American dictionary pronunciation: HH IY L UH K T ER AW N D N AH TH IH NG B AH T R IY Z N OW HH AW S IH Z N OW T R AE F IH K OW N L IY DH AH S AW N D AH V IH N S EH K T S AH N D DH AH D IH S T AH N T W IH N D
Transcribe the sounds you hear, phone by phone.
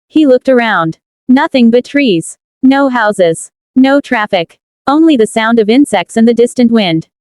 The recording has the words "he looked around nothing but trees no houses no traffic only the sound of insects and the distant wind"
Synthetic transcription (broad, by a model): HH IY L UH K T ER AW N D N AH TH IH NG B AH T R IY Z N OW HH AW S IH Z N OW T R AE F IH K OW N L IY DH AH S AW N D AH V IH N S EH K T S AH N DH AH D IH S T AH N T W IH N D